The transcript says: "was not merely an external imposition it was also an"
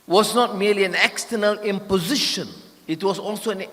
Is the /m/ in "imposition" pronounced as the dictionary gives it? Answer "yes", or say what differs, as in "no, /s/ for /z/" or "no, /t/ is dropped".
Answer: yes